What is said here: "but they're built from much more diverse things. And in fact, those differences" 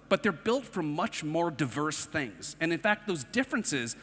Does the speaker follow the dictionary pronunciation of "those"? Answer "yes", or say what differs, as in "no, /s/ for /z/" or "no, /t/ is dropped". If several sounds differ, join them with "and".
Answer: yes